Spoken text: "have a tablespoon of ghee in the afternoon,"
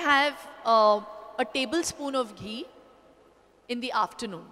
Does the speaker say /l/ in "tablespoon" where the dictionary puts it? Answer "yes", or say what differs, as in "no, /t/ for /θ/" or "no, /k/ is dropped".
yes